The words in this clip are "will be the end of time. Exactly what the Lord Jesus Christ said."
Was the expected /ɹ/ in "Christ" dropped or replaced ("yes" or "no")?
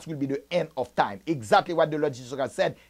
yes